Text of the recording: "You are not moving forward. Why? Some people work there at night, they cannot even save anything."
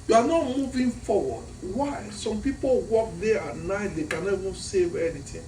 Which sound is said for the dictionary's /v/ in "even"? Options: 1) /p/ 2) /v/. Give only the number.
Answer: 2